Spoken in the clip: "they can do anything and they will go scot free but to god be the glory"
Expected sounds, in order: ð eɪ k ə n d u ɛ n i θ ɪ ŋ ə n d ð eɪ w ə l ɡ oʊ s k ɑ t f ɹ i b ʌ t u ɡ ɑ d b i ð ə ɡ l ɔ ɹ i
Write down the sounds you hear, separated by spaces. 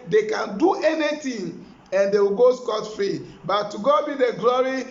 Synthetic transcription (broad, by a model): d eɪ k ə n d u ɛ n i t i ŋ ə n d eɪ w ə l ɡ oʊ s k ɑ t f i b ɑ t u ɡ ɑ b i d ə ɡ l ɔ ɹ i